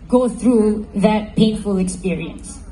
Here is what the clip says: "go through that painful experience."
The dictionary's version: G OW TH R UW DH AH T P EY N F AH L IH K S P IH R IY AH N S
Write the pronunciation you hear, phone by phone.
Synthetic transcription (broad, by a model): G OW TH R UW DH AH T P EY N F AH L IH K S P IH R IY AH N S